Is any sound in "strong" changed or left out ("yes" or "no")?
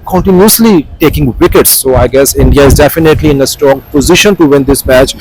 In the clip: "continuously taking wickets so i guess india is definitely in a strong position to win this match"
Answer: yes